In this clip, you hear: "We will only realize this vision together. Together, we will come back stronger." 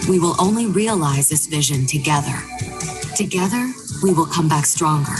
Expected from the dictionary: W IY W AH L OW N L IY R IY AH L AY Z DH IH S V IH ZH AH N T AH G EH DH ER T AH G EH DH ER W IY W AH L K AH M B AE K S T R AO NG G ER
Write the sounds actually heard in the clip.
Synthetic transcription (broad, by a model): W IY W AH L OW N L IY R IY AH L AY Z DH IH S V IH ZH AH N T AH G EH DH ER T AH G EH DH ER W IY W AH L K AH M B AE K S T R AO NG G ER